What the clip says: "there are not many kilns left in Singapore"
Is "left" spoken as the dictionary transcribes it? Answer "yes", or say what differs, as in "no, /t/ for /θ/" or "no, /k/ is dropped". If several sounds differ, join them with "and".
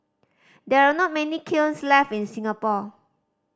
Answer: no, /t/ is dropped